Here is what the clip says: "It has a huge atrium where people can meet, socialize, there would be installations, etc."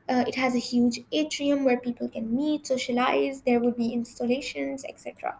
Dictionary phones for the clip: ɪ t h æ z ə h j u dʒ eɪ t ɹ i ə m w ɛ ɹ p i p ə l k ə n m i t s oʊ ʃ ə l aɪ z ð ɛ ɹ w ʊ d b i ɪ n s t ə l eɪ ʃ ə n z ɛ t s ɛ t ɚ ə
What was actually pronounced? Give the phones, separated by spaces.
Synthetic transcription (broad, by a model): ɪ t h æ z ə h j u dʒ eɪ t ɹ i ə m w ɛ ɹ p i p ə l k ə n m i t s oʊ ʃ ə l aɪ z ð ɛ ɹ w ʊ d b i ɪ n s t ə l eɪ ʃ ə n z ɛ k s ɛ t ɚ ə